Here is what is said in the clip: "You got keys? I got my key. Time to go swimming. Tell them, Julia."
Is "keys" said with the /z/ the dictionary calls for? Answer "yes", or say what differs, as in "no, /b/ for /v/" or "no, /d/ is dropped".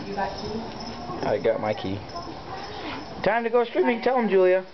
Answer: no, /z/ is dropped